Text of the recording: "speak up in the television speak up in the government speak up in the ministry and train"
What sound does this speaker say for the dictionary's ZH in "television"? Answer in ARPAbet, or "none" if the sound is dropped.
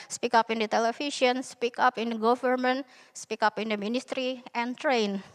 S